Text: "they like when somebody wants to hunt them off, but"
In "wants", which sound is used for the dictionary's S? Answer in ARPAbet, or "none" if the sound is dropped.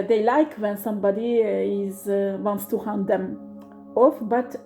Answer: S